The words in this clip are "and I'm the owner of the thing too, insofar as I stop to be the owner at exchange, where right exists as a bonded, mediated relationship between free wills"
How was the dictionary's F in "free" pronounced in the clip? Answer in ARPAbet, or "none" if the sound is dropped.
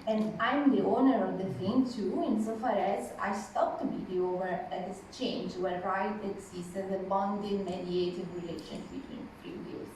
P